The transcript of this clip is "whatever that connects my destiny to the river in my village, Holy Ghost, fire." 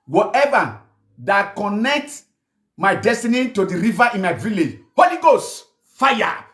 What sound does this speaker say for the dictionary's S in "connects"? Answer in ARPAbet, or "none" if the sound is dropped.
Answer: none